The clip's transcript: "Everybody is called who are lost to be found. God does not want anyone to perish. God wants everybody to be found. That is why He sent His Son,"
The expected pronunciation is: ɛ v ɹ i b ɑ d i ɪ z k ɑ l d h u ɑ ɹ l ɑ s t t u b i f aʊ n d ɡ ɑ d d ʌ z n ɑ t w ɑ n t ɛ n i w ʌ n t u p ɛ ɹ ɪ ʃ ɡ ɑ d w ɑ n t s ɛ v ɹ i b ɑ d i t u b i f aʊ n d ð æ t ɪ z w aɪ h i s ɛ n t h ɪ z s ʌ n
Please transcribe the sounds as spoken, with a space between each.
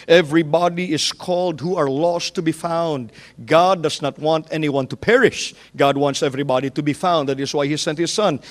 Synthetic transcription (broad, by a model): ɛ v ɹ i b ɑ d i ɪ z k ɑ l d h u ɑ ɹ l ɑ s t t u b i f aʊ n d ɡ ɑ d d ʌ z n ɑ t w ɑ n t ɛ n i w ʌ n t u p ɛ ɹ ɪ ʃ ɡ ɑ d w ɑ n t s ɛ v ɹ i b ɑ d i t u b i f aʊ n d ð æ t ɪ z w aɪ h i s ɛ n t h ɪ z s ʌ n